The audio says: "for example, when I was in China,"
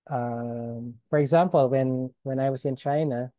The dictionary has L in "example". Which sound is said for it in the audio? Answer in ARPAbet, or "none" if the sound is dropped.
N